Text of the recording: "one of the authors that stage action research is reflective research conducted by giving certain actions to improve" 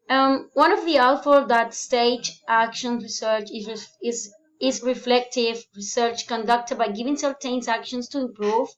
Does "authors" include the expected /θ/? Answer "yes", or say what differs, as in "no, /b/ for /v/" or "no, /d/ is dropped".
no, /t/ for /θ/